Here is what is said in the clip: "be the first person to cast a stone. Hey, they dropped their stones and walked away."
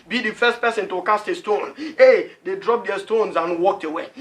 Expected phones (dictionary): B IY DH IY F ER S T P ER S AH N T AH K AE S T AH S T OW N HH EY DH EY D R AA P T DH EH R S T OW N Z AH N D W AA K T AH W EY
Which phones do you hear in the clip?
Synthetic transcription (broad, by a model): B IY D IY F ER S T P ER S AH N T AH K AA S T AH S T OW N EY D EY D R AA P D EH S T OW N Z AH N W AA K T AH W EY